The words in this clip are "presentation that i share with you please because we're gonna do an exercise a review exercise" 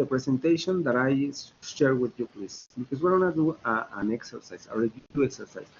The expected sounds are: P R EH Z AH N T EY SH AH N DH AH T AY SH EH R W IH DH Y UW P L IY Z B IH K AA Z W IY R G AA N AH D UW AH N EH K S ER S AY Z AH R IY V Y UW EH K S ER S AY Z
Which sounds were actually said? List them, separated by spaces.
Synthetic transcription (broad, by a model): P R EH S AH N T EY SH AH N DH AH T AY SH EH R W IH DH Y UW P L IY S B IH K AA S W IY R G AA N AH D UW AH N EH K S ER S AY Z AH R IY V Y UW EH K S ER S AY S